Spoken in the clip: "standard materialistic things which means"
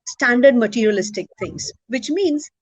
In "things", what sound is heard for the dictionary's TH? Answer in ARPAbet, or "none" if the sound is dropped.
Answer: T